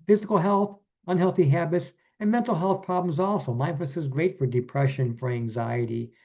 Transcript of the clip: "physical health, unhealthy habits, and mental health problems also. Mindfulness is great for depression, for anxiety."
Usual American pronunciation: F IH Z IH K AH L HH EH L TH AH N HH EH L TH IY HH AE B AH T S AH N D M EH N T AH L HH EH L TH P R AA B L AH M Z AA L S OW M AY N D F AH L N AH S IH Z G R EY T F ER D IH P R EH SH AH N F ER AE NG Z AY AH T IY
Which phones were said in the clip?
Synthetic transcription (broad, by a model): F IH Z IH K L HH EH L TH AH N HH EH L TH IY HH AE B AH T S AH N M EH N T L HH EH L TH P R AA B L AH M Z AA L S OW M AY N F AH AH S IH Z G R EY T F ER D IH P R EH SH AH N F ER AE NG Z AY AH T IY